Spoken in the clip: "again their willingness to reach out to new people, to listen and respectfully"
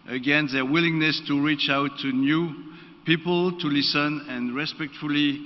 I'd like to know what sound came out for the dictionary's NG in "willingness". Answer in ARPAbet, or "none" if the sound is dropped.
NG